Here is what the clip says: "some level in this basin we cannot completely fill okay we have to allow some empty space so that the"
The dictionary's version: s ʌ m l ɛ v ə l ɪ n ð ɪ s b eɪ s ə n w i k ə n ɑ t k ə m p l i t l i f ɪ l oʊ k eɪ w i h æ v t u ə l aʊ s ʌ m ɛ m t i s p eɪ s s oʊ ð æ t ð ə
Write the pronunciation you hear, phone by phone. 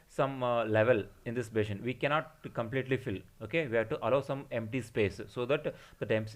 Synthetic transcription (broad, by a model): s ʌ m l ɛ v ə l ɪ n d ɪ s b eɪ ʃ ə n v i k ə n ɑ t k ə m p l i t l i f ɪ l oʊ k eɪ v i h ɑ t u ə l aʊ s ʌ m ɛ m t i s p eɪ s s oʊ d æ t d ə